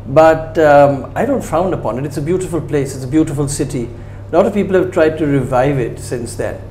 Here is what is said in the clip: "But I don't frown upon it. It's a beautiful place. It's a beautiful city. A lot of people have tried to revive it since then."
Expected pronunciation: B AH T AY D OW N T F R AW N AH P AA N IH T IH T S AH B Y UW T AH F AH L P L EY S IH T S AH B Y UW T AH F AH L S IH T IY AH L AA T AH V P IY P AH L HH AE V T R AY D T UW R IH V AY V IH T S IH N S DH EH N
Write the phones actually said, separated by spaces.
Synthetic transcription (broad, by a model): B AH T AY D OW N T F AW N AH P AA N IH T IH T S AH B Y UW T AH F AH L P L EY S IH T S AH B Y UW T AH F AH L S IH T IY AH L AA T AH V P IY P AH L HH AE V T R AY D T UW R IH V AY V IH T S IH N S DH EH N